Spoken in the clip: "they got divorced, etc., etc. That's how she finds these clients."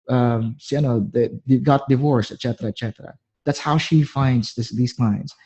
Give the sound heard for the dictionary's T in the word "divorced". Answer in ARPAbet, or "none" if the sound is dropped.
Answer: none